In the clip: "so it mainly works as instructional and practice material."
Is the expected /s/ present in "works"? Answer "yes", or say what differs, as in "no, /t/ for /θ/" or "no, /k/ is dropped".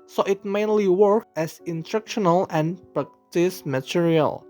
no, /s/ is dropped